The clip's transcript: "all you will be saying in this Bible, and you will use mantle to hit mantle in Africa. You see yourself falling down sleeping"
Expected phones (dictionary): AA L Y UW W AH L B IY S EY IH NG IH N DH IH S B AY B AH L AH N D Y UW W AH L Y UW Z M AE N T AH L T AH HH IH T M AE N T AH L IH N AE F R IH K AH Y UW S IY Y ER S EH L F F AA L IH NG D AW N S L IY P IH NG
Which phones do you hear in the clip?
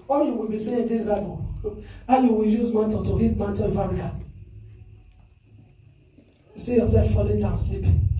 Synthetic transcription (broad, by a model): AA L Y UW W AH L B IY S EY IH IH N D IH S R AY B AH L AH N Y UW W AH L Y UW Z M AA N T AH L T AH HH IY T M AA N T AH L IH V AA R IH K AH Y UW S IY Y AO S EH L F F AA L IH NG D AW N S L IY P